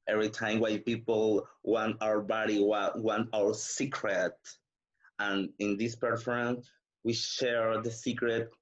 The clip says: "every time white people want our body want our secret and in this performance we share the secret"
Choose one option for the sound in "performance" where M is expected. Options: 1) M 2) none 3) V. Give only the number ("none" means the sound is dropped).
2